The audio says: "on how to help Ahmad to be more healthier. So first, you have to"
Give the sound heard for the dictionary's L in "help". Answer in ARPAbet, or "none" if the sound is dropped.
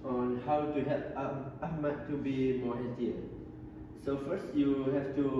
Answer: none